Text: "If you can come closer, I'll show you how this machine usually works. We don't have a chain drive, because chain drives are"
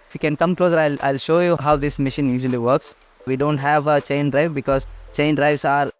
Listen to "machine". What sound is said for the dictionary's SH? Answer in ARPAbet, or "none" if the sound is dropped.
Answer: SH